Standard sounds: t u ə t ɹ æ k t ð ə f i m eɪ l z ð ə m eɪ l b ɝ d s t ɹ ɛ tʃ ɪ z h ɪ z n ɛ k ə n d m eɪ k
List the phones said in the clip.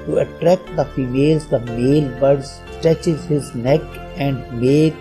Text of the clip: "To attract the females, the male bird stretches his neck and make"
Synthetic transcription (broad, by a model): t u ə t ɹ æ k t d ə f i m eɪ l z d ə m eɪ l b ɝ d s t ɛ tʃ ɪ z h ɪ z n ɛ k ə n d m eɪ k